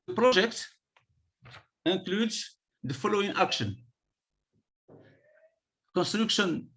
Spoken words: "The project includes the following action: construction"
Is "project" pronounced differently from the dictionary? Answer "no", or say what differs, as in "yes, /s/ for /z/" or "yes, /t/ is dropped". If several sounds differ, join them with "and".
yes, /ʒ/ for /dʒ/